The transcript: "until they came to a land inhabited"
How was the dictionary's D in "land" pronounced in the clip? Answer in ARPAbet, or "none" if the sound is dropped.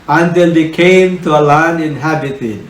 none